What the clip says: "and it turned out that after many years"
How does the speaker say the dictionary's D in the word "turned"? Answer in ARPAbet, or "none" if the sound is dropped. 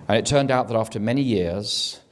D